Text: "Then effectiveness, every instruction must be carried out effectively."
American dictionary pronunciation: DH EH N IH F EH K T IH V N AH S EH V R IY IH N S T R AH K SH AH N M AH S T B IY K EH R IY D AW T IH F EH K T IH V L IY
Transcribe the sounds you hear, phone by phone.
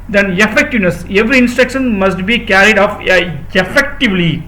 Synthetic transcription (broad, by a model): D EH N IH F EH K T IH V N AH S EH V R IY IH N S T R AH K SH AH N M AH S T B IY K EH R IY D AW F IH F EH K T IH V L IY